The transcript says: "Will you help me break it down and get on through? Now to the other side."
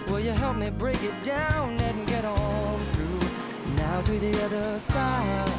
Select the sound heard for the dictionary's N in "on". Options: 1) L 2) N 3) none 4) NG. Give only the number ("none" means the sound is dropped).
1